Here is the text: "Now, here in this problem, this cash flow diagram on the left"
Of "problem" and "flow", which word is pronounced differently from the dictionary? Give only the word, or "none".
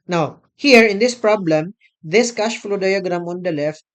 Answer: none